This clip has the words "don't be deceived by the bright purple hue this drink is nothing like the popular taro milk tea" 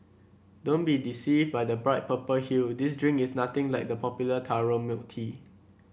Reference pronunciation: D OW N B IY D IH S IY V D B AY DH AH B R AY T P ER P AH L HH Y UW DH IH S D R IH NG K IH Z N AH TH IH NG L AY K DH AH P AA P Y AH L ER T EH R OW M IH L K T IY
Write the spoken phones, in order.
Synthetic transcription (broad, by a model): D OW N B IY D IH S IY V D B AY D AH B R AY T P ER P AH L HH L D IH S D R IH NG K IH S N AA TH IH NG L AY K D AH P AA P Y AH L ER T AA R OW M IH K T IY